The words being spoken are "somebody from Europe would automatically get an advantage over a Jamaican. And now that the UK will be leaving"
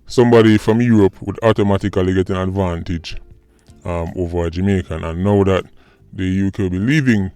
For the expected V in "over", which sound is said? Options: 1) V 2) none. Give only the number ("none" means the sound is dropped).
1